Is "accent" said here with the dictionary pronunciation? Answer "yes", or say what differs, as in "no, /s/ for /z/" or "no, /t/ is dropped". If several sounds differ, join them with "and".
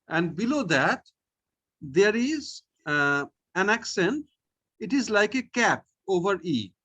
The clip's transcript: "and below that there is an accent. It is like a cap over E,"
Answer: yes